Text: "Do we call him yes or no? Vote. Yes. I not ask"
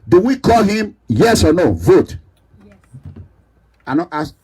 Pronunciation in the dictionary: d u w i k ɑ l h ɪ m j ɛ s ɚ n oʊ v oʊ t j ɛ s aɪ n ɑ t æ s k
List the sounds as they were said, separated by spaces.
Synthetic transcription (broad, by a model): d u w i k ɑ l h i m j ɛ s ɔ n oʊ v oʊ t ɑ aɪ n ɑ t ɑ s